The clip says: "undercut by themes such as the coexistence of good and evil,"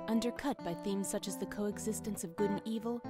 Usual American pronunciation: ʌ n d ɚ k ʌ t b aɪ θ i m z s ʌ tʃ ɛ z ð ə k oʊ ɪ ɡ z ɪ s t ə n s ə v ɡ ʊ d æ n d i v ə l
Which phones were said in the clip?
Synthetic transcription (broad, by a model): ʌ n d ɚ k ʌ t b aɪ θ i m z s ʌ tʃ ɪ z ð ə k oʊ ɪ ɡ z ɪ s t ə n s ə v ɡ ʊ d n i v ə l